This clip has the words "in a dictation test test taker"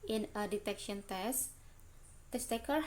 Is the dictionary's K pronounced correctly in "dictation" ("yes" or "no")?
no